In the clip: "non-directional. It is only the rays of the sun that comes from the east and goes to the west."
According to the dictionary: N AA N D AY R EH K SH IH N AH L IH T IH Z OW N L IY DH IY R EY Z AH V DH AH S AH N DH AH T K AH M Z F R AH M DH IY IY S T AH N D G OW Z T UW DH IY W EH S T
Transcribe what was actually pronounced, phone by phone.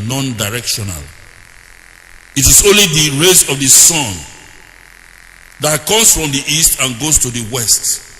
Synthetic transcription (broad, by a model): N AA N D AY R EH K SH IH N AH L IH T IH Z OW N L IY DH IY R EY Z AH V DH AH S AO N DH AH T K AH M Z F R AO M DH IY IY S T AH N G OW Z T UW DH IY W EH S T